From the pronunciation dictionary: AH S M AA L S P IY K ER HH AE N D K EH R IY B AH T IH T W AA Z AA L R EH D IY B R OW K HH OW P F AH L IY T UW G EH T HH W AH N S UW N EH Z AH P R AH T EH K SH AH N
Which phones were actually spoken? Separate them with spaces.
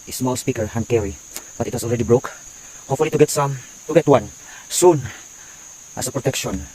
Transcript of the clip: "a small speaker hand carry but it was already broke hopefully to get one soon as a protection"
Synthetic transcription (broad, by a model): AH S M AA L S P IY K ER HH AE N K EH R IY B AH T IH T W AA S AA L R EH D IY B R OW K HH OW P F AH L IY T UW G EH T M W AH N S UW N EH S AH P R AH T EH K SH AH N